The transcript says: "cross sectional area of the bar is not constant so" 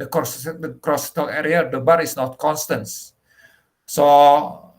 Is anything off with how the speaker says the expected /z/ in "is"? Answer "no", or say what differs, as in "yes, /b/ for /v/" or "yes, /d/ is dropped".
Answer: yes, /s/ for /z/